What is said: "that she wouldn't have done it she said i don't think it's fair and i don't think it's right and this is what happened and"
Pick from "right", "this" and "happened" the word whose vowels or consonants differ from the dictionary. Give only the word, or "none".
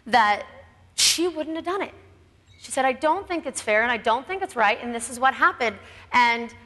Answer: none